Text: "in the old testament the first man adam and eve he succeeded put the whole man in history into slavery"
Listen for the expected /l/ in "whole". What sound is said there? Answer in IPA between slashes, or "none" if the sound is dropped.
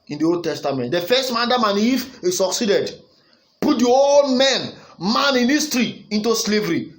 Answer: /n/